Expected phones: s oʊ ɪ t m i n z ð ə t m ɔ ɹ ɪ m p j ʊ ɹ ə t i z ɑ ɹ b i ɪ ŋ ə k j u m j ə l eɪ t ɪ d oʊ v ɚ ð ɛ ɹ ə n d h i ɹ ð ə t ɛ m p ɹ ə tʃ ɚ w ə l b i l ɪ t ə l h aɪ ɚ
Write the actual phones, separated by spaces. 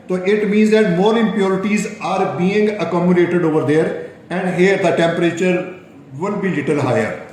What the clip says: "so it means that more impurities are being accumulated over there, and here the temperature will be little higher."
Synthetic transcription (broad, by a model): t oʊ ɪ t m i n z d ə t m ɔ ɹ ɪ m p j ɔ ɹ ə t i z ɑ ɹ b i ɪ ŋ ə k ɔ m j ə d eɪ t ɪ d oʊ v ɚ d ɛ ɹ ə n d h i ɹ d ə t ɛ m p ɹ ə tʃ ɚ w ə n b i l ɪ t ə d h aɪ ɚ